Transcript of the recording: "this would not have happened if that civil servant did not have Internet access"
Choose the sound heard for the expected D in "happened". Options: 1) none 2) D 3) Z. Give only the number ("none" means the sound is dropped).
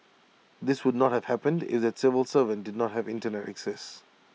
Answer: 2